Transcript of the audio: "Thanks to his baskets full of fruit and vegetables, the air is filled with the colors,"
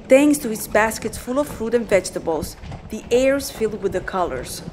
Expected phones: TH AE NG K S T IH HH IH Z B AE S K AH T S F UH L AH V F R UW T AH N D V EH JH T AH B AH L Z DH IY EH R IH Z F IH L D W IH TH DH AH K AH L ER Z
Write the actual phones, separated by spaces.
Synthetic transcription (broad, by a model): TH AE NG K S T IH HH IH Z B AE S K AH T S F UH L AH V F R UW T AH N V EH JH T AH B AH L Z DH IY EH R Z F IH L D W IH DH AH K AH L ER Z